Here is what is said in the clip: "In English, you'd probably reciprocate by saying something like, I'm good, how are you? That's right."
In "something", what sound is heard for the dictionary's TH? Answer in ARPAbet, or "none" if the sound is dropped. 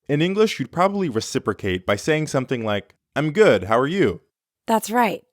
TH